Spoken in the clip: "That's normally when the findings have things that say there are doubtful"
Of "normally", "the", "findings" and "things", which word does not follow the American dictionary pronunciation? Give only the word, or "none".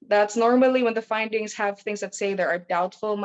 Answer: none